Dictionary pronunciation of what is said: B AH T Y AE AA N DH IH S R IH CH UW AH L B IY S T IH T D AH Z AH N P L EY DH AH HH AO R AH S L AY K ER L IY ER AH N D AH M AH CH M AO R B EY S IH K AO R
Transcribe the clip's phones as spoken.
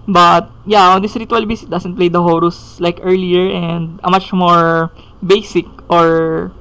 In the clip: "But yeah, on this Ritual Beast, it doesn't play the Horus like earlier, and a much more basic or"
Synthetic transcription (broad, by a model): B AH T Y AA AA N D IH S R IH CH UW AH L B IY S IH T D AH S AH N P L EY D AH HH AO R AH S L AY K ER L IY ER AH N D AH M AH CH M AO R B EY S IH K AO R